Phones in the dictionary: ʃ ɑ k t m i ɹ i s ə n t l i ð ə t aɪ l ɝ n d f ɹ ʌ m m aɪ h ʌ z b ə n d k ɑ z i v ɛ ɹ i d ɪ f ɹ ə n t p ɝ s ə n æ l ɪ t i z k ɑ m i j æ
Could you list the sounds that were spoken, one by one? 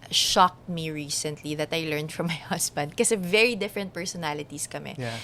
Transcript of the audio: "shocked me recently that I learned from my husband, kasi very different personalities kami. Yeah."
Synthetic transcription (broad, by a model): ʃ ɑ k t m i ɹ i s ə n t l i ð ə t aɪ l ɝ n d f ɹ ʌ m m aɪ h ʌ s b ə n d k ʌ s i v ɛ ɹ i d ɪ f ɹ ə n t p ɝ s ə n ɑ l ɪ t i s k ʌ m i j